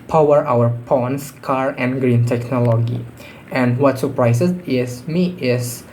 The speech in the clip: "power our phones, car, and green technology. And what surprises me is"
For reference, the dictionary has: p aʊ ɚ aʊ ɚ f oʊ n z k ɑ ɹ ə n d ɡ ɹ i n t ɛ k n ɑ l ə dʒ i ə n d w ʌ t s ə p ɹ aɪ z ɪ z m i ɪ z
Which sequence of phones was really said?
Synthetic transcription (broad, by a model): p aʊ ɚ aʊ ɚ p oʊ n s k ɑ ɹ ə n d ɡ ɹ i n t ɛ k n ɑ l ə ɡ i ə n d w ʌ t s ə p ɹ aɪ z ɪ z m i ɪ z